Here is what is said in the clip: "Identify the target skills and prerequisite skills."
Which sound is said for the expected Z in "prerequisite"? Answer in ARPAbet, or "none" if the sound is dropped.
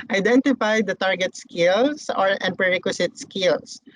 S